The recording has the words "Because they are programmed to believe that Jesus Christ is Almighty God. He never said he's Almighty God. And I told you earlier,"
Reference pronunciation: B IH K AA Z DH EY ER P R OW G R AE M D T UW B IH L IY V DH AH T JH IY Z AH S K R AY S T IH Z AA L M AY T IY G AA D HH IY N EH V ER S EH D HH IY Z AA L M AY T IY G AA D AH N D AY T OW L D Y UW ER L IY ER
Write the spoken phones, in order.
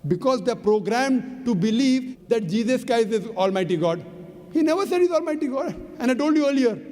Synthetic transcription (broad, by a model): B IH K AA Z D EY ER P R OW G R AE M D T UW B IH L IY V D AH T JH IY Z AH S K R AY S IH Z AA L M AY T IY G AA D HH IY N EH V ER S EH D HH IY Z AA L M AY T IY G AA D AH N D AY T OW L D Y UW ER L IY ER